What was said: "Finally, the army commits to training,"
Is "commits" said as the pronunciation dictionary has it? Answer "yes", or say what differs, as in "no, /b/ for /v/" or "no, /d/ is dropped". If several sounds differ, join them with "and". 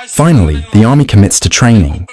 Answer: yes